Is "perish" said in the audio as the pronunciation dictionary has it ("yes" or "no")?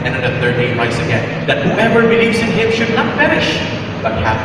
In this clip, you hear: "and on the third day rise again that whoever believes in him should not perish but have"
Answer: no